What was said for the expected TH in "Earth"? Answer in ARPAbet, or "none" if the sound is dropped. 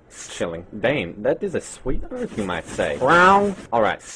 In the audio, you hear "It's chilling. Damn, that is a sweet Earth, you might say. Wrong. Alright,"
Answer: F